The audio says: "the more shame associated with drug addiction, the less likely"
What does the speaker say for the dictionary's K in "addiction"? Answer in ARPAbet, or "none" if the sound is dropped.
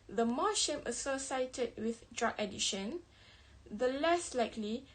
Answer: none